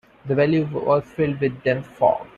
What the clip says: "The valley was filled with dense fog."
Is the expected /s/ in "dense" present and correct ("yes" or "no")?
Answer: no